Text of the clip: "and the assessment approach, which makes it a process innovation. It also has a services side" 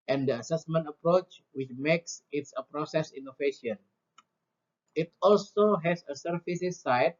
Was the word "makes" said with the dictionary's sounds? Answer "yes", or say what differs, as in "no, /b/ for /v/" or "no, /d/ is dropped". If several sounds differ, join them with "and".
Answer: yes